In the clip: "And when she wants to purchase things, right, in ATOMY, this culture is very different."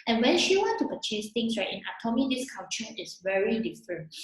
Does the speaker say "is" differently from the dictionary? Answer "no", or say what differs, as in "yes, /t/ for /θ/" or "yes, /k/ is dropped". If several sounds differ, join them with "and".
yes, /s/ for /z/